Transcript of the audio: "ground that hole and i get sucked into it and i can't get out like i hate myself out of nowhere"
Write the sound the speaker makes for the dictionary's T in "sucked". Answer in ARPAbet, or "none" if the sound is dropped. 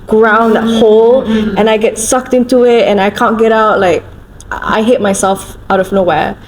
T